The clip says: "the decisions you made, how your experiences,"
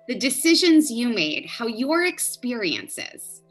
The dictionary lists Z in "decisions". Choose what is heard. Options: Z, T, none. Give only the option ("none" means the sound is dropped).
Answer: Z